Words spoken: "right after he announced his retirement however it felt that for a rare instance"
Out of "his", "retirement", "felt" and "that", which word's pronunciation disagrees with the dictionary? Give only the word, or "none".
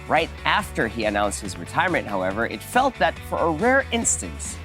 none